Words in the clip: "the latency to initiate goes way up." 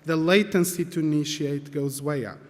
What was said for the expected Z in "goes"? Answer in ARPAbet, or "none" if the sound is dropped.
Z